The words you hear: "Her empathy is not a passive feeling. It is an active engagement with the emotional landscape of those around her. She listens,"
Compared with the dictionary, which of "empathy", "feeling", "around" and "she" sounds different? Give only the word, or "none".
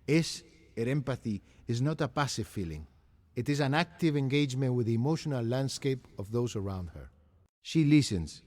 none